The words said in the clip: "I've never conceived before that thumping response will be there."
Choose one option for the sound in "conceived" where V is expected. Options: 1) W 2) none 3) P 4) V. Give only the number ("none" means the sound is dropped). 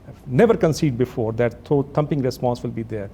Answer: 2